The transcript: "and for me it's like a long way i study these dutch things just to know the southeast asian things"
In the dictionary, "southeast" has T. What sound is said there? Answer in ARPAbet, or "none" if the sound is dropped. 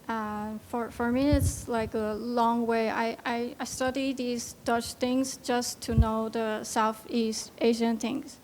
T